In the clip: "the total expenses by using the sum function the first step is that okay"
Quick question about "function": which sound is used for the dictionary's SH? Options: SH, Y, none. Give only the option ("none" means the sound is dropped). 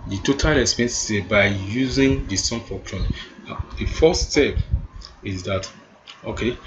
none